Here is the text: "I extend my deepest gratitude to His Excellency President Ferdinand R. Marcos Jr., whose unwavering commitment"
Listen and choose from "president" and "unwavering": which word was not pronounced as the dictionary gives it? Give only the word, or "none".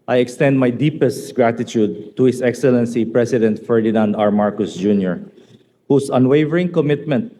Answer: president